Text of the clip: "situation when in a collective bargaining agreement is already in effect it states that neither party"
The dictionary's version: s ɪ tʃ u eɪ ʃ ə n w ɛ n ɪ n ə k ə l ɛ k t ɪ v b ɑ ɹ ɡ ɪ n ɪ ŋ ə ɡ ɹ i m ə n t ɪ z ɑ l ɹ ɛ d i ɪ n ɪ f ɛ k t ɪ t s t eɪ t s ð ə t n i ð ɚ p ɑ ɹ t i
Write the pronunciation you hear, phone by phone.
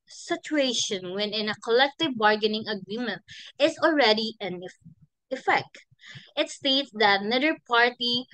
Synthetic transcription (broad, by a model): s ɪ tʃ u eɪ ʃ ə n w ɛ n ɪ n ə k ə l ɛ k t ɪ v b ɑ ɹ ɡ ɪ n ɪ ŋ ə ɡ ɹ i m ə n t ɪ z ɑ l ɹ ɛ d i ɪ n ɪ f ɛ k t ɪ t s t eɪ t s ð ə t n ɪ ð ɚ p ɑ ɹ t i